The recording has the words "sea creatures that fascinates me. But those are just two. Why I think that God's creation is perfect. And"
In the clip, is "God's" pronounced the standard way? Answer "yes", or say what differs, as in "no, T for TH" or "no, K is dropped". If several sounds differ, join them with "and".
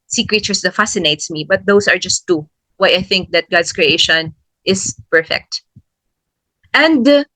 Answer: no, S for Z